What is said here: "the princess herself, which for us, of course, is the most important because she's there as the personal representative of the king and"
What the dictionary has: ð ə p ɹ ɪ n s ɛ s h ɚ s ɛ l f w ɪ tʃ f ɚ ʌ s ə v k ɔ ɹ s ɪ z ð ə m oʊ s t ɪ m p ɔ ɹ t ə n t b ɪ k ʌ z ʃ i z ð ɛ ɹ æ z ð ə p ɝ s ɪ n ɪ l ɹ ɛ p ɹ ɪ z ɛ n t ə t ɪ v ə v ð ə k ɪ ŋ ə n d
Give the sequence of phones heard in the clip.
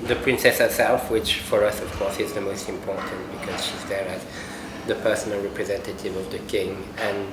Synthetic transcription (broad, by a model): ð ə p ɹ ɪ n s ɛ s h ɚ s ɛ l f w ɪ tʃ f ɚ ʌ s ə v k ɔ ɹ s ɪ z ð ə m oʊ s t ɪ m p ɔ ɹ t ə n t b ɪ k ʌ z ʃ i z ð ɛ ɹ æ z ð ə p ɝ s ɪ n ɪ l ɹ ɛ p ɹ ɪ z ɛ n t ə t ɪ v ə v ð ə k ɪ ŋ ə n